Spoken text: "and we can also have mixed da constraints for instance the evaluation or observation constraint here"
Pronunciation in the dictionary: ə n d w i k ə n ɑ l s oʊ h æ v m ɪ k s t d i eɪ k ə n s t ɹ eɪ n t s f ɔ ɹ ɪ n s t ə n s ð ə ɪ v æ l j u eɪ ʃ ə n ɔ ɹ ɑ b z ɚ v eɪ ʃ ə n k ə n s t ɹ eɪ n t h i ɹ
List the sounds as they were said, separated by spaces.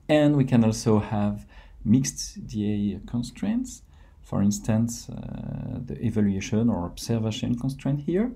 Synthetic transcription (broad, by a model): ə n d w i k ə n ɑ l s oʊ h æ v m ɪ k s t d i eɪ k ə n s t ɹ eɪ n t s f ɔ ɹ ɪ n s t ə n s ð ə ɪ v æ l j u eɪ ʃ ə n ɔ ɹ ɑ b s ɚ v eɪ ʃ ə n k ə n s t ɹ eɪ n t h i ɹ